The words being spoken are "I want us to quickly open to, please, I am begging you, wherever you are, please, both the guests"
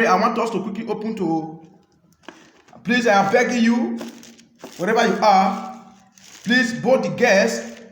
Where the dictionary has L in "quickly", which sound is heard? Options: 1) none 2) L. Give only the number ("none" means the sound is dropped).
1